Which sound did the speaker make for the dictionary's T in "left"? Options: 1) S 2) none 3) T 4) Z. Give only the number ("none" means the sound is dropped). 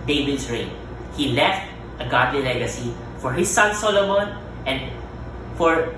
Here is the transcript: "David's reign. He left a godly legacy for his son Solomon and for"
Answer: 3